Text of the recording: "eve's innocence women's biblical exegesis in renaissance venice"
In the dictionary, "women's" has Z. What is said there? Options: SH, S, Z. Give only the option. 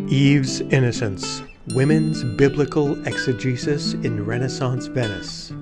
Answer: Z